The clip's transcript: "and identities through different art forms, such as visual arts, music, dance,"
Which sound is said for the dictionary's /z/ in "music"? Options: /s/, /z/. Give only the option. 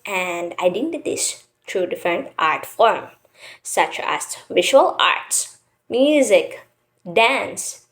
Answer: /z/